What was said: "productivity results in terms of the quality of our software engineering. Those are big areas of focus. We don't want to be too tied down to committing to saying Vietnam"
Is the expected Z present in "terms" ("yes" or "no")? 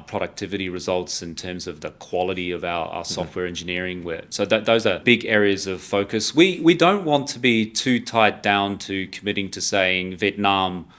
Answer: yes